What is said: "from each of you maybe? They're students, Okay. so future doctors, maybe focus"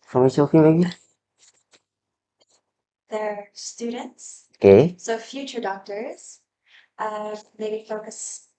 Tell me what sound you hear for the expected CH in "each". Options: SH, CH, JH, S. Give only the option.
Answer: S